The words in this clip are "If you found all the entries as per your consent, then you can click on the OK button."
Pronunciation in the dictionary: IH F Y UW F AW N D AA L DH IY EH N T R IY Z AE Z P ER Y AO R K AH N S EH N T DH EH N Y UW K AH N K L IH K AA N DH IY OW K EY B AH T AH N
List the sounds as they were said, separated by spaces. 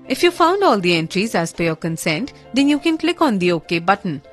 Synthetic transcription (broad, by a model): IH F Y UW F AW N D AA L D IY EH N T R IY Z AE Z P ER Y AO R K AH N S EH N T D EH N Y UW K AH N K L IH K AA N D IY OW K EY B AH T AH N